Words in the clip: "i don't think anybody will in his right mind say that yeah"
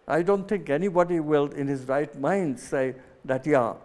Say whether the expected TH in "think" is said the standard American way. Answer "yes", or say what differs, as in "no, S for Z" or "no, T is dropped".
no, T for TH